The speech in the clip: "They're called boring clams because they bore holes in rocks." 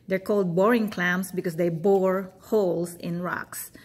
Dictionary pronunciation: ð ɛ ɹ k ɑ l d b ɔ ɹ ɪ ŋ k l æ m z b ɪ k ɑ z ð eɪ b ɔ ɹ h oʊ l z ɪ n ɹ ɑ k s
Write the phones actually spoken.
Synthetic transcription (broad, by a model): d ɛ ɹ k ɑ l d b ɔ ɹ ɪ ŋ k l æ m s b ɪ k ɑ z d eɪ b ɔ ɹ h oʊ l s ɪ n ɹ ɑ k s